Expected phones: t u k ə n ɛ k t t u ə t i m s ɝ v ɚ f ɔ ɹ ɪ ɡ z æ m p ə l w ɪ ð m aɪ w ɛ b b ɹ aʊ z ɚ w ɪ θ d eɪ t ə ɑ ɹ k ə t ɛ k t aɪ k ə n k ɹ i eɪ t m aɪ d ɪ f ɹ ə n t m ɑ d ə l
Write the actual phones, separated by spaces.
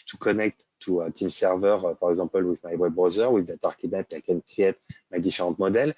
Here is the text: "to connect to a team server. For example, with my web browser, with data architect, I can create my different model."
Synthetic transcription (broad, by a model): t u k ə n ɛ k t t u ə t i m s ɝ v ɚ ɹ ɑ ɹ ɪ ɡ z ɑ p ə l w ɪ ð m aɪ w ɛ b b ɹ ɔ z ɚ w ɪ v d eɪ t ɑ ɹ k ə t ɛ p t aɪ k ə n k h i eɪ t m aɪ d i f ɹ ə t m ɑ d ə l